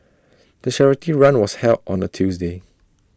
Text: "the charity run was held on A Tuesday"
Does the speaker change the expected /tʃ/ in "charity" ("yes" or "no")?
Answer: yes